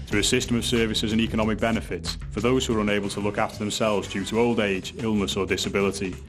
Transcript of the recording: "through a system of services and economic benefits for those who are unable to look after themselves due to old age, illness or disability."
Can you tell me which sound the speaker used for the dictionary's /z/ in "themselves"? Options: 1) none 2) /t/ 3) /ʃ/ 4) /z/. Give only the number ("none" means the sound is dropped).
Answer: 4